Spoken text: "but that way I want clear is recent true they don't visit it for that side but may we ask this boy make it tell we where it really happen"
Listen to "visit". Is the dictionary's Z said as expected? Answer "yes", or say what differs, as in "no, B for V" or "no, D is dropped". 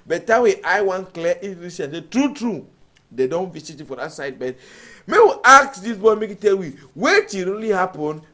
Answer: no, S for Z